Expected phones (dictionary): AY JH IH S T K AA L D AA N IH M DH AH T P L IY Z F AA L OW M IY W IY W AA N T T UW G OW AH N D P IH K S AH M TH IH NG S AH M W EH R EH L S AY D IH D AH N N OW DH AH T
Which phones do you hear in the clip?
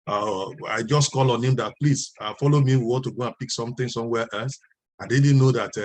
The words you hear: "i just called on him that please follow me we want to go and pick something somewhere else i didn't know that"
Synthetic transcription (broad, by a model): AY JH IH S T K AA L AA N IH M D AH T P L IY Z F AA L OW M IY W IY W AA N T T UW G OW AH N P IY K S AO M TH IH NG S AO M W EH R EH L S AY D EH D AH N N OW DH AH T